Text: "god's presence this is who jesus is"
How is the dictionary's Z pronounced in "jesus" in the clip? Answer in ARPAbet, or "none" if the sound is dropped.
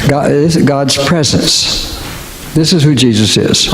Z